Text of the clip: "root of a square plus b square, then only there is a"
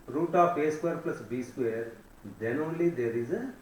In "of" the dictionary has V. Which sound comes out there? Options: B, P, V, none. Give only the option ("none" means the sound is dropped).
P